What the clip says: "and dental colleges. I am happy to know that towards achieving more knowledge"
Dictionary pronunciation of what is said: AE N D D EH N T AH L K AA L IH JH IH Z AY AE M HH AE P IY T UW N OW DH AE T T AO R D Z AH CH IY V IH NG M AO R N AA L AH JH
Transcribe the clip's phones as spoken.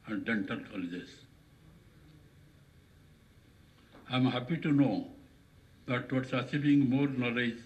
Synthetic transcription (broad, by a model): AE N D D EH N T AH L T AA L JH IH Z AY M HH AE P IY T UW N OW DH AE T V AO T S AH S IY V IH NG M AO R N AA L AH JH